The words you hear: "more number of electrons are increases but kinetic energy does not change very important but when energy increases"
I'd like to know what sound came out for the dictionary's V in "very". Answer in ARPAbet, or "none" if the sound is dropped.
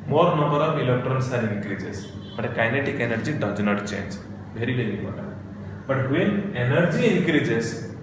B